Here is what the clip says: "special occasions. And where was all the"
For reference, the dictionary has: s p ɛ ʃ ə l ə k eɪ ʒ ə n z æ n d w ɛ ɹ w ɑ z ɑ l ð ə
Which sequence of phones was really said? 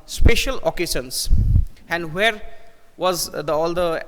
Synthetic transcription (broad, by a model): s p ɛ ʃ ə l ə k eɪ s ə n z æ n d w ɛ ɹ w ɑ z ɑ l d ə